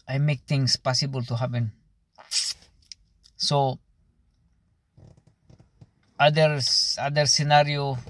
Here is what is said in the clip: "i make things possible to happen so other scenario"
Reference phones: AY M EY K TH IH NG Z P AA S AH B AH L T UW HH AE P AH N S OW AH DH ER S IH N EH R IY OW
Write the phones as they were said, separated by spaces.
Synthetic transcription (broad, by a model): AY M EY K T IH NG S P AA S AH B AH L T UW HH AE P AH N S OW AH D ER S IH N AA R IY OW